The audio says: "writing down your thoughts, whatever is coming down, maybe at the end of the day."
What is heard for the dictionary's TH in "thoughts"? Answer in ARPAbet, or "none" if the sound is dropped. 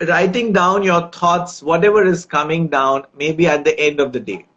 T